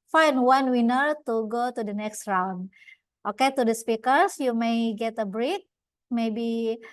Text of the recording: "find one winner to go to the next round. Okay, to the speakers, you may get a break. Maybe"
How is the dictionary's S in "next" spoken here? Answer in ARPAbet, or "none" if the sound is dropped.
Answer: S